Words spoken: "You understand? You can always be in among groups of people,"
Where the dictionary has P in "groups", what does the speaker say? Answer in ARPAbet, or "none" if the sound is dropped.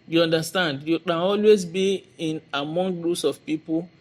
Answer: none